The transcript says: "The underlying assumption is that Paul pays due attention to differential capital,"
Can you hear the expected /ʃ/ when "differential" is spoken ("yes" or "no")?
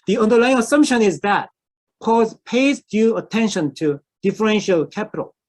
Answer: yes